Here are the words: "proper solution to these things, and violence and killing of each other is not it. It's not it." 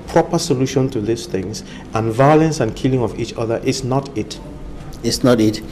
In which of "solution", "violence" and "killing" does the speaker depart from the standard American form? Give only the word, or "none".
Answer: none